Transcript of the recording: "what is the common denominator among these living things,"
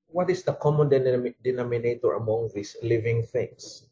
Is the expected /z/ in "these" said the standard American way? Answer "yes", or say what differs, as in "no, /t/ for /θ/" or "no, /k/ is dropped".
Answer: no, /s/ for /z/